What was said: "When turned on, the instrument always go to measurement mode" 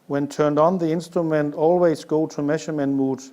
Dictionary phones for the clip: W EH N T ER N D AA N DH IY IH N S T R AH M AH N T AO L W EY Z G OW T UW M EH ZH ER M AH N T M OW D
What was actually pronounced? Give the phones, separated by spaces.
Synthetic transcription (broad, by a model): W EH N T ER N D N DH IY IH N S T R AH M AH N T AO L W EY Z G OW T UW M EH SH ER M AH N M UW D